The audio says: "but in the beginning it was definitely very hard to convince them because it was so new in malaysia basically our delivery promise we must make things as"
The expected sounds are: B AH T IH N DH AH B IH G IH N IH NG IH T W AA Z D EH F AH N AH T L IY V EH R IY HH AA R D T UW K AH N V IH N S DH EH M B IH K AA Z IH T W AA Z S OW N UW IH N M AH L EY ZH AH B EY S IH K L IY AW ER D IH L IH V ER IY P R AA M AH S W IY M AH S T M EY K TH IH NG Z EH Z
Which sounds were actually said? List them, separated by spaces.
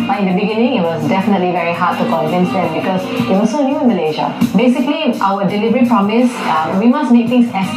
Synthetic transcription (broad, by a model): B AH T IH N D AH B IH G IH N IH NG IH T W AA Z D EH F AH N AH T L IY V EH R IY HH AA D T UW K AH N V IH N S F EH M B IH K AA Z IH T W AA S OW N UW IH N M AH L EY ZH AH B EY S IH K L IY AW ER D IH L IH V ER IY P R AA M AH S W IY M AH S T M EY K T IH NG S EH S